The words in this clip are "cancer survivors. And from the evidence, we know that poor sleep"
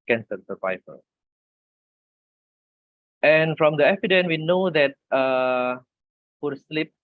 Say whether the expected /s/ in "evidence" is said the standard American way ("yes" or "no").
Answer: no